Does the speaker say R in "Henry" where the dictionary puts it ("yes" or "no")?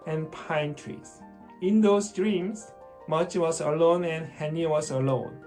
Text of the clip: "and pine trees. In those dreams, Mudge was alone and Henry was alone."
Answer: no